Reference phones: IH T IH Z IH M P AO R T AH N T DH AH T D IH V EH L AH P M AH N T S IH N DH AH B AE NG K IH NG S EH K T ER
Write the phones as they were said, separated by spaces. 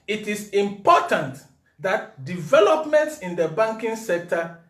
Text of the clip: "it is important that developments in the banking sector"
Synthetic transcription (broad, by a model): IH T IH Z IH M P AO T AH N T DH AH T D IH V EH L AH P M AH N T S IH N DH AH B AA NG K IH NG S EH K T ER